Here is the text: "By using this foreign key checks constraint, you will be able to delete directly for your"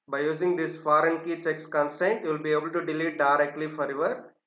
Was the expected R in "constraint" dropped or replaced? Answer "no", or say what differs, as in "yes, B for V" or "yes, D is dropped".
yes, R is dropped